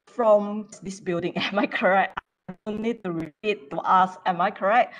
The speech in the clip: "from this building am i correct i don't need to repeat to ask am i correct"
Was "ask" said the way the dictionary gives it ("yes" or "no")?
no